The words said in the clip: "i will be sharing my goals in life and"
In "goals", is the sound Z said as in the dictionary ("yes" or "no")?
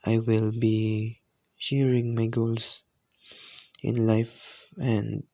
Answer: no